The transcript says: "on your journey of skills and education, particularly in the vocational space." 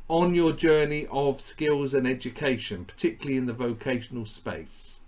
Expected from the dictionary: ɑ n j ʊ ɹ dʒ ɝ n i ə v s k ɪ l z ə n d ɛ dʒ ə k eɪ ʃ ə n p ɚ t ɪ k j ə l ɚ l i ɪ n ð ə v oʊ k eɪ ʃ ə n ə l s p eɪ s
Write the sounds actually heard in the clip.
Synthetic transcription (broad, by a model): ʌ n j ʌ dʒ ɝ n i ə v s k ɪ l z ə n ɛ dʒ ə k eɪ ʃ ə n p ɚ t ɪ k j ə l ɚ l i ɪ n ð ə v oʊ k eɪ ʃ ə n ə l s p eɪ s